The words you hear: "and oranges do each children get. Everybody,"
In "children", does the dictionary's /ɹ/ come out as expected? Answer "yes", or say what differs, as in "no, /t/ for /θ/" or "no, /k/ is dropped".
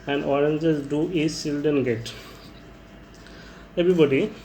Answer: no, /ɹ/ is dropped